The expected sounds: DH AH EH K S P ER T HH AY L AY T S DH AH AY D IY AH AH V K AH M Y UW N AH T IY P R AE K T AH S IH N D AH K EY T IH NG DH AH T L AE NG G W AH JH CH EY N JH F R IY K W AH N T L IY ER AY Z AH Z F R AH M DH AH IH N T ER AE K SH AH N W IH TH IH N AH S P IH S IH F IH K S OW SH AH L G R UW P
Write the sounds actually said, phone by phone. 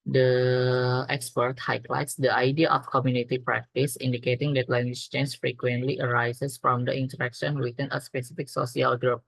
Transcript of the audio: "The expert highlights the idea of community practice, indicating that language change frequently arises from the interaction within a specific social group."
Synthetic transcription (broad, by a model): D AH EH K S P ER T HH AY L AY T S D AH AY D IY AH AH F K AH M Y UW N AH T IY P R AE K T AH S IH N D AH K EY T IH NG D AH T L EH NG G W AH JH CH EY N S F R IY K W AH N T L IY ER AY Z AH S F R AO M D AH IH N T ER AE K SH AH N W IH T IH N AH S P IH S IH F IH K S OW S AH L G R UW P